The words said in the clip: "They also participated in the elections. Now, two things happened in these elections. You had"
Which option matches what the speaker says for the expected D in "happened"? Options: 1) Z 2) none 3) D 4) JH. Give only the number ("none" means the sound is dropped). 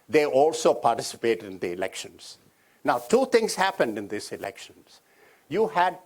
3